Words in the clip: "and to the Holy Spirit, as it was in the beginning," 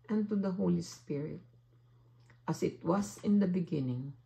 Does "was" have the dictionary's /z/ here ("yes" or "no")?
no